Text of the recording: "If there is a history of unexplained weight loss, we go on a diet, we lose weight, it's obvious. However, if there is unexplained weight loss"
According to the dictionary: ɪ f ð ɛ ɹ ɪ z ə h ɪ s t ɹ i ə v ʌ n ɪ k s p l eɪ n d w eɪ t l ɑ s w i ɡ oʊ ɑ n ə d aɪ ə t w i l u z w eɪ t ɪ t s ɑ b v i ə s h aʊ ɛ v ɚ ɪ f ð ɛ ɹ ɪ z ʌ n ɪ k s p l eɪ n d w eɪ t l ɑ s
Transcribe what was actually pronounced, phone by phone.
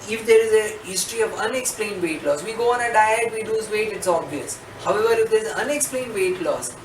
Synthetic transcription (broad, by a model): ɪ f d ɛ ɹ ɪ z ə h ɪ s t ɹ i ə v ʌ n ɪ k s p l eɪ n d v eɪ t l ɑ s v i ɡ oʊ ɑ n ə d aɪ ə t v i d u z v eɪ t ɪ t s ɑ b v i ə s h aʊ ɛ v ɚ ɪ f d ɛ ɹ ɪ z ʌ n ɪ k s p l eɪ n d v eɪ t l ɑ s